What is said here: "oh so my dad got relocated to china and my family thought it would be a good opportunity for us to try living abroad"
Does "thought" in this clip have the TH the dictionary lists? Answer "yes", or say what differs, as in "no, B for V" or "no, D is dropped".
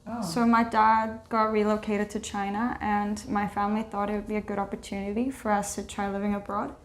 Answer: yes